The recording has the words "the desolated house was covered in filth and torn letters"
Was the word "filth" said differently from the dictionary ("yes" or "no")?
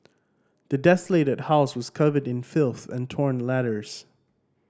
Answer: no